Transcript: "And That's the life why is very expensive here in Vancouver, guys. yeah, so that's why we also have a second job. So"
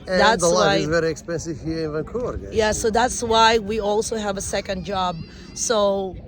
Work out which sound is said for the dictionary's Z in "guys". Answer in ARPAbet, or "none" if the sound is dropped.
none